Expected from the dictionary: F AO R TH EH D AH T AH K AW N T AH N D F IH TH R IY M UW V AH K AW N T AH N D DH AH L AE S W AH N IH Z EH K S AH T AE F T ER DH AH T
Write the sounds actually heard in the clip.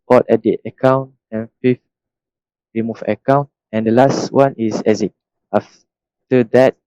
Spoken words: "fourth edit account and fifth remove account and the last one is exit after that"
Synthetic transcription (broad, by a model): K AO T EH D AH T AH K AW N T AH N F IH F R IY M UW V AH K AW N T AH N D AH L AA S W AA N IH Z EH S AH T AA F T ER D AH T